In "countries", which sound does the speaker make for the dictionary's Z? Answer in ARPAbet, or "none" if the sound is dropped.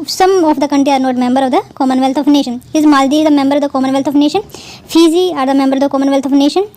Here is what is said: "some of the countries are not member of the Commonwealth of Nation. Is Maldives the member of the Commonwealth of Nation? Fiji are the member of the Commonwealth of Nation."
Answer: none